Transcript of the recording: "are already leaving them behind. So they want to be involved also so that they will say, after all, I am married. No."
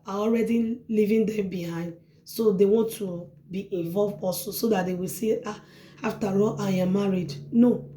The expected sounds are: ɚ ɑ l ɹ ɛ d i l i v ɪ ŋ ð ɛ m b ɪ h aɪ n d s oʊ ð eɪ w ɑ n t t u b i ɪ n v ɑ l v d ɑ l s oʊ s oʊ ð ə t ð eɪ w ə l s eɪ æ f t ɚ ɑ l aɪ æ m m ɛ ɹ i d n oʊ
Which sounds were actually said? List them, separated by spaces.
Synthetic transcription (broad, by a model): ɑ ɑ l ɹ ɛ d i l i v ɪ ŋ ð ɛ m b ɪ h aɪ n d s oʊ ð eɪ w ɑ n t t u b i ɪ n v ɑ l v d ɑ s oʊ s oʊ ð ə t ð eɪ w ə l s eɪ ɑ f t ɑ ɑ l aɪ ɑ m m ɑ ɹ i d n oʊ